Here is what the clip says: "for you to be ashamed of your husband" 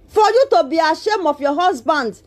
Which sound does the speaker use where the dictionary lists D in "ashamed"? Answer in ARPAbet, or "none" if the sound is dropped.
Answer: none